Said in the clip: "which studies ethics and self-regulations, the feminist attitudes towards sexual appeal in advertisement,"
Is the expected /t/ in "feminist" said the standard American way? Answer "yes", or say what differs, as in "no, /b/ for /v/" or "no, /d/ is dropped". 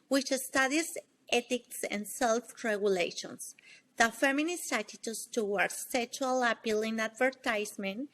no, /t/ is dropped